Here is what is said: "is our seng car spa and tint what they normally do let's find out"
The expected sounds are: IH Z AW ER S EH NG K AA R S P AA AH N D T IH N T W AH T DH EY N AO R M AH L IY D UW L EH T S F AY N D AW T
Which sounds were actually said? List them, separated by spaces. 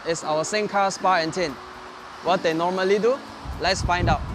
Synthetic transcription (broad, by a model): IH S AW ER S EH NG K AA S P AA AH N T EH N W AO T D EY N AO M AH L IY D UW L EH T S F AY N D AW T